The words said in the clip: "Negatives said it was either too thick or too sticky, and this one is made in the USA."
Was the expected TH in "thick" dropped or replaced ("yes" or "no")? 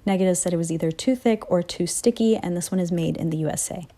no